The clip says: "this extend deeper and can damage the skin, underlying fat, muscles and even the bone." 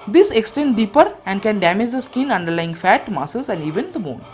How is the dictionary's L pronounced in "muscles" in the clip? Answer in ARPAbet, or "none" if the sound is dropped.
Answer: none